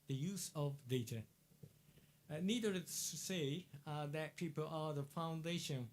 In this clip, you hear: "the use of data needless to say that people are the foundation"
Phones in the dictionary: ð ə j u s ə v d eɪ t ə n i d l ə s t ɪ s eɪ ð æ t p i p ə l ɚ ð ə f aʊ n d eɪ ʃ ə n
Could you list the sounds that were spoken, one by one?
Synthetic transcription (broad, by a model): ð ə j u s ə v d eɪ t ə n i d ə t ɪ s eɪ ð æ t p i p ə l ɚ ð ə f aʊ n d eɪ ʃ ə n